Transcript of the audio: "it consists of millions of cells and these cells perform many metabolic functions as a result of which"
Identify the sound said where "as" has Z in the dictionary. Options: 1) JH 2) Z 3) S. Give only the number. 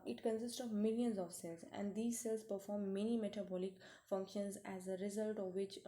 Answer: 2